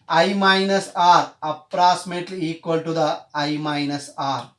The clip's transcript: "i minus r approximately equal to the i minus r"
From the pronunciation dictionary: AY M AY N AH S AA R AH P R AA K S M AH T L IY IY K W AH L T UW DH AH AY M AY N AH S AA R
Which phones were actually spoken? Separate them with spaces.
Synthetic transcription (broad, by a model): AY M AY N AH S AA R AH P R AA K S M AH T L IY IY K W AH L T UW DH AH AY M AY N AH S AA R